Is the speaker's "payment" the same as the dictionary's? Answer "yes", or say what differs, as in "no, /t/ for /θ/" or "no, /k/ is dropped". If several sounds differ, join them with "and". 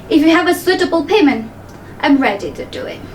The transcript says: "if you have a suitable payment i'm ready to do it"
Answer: yes